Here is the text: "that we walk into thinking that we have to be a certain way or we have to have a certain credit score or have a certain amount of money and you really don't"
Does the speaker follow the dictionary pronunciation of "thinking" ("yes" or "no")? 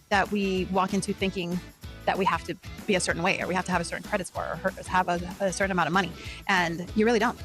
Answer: yes